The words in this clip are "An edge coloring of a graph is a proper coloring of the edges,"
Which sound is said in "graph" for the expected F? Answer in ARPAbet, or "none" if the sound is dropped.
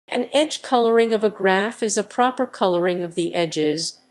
F